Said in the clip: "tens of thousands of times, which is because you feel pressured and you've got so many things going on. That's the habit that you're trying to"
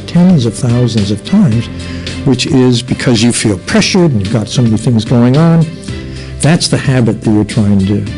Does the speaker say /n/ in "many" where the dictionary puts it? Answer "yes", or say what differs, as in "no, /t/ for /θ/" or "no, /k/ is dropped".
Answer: no, /n/ is dropped